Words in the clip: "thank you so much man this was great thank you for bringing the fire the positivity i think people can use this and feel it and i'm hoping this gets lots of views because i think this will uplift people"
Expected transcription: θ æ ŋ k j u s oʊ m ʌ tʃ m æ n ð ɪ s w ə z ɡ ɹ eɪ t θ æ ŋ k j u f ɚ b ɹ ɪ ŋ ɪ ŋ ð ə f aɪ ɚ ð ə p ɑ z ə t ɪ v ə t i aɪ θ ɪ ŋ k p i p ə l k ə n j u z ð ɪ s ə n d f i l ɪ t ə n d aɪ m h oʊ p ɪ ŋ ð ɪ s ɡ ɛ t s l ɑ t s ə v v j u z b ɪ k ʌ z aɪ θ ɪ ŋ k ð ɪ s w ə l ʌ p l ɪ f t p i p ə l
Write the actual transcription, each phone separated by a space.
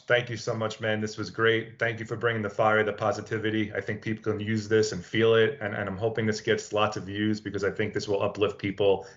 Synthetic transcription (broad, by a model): θ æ ŋ k j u s oʊ m ʌ tʃ m æ n ð ɪ s w ə z ɡ ɹ eɪ t θ æ ŋ k j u f ɚ b ɹ ɪ ŋ ɪ ŋ ð ə f aɪ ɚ ð ə p ɑ z ə t ɪ v ə t i aɪ θ ɪ ŋ k p i p l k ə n j u z ð ɪ s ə n f i l ɪ t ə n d aɪ m h oʊ p ɪ ŋ ð ɪ s ɡ ɛ t s l ɑ t s ə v v j u z b ɪ k ʌ z aɪ θ ɪ ŋ k ð ɪ s w ə l ʌ p l ɪ f t p i p l